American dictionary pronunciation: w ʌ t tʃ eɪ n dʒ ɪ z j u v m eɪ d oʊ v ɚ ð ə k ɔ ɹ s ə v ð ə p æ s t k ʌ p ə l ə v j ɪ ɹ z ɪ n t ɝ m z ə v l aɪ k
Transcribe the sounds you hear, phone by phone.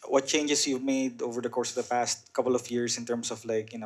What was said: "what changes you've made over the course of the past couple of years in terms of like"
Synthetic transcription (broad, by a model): w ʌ t tʃ eɪ n dʒ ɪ s j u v m eɪ d oʊ v ɚ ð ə k ɔ ɹ s ə v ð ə p æ s t k ʌ p ə l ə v j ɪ ɹ s ɪ n t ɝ m s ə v l aɪ k